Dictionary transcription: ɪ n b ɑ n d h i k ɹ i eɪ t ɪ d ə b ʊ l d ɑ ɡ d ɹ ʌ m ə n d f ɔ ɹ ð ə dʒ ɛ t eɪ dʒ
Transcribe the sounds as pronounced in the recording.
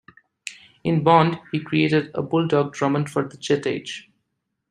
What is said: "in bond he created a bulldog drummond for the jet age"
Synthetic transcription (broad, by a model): ɪ n b ɑ n d h i k ɹ i eɪ t ɪ d ə b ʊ l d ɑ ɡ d ɹ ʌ m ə n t f ɔ ɹ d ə tʃ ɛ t eɪ dʒ